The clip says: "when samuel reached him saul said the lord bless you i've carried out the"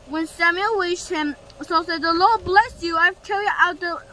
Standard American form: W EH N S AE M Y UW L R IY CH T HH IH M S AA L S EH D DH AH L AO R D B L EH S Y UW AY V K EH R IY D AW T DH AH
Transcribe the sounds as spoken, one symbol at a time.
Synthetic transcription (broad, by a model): W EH N S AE M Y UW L W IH SH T HH IH M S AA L S EH D DH AH L AO R D B L EH S Y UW AY V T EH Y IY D AW T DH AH